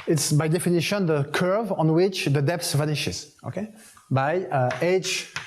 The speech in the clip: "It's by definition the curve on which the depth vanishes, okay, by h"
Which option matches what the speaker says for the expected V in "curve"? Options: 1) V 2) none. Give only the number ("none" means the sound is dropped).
1